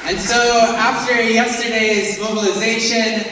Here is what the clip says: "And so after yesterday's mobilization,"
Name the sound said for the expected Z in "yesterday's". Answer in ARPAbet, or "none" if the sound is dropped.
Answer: Z